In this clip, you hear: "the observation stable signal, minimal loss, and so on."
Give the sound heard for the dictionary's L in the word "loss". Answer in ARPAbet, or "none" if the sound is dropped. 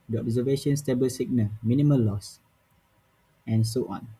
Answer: L